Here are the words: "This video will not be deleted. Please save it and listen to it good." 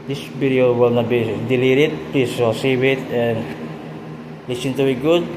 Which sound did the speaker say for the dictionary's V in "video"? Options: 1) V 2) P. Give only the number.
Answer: 2